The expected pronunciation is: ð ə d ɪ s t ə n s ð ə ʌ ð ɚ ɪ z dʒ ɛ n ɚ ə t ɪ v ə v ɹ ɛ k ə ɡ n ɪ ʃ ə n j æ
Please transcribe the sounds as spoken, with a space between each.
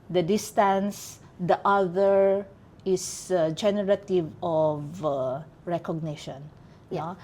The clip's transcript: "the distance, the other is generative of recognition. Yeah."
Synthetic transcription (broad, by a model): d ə d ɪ s t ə n s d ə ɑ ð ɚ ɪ s dʒ ɛ n ɚ ə t ɪ v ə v ɹ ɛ k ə ɡ n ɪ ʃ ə n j